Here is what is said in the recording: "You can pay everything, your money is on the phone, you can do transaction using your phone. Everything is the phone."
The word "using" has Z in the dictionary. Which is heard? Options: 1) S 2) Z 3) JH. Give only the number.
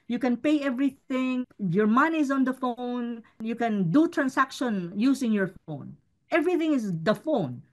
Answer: 1